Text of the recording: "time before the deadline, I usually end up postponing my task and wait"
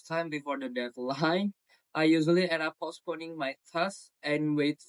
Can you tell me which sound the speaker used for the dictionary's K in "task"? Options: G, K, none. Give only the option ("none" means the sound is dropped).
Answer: none